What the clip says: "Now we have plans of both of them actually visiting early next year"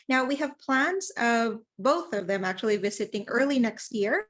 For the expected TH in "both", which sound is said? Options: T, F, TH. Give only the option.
TH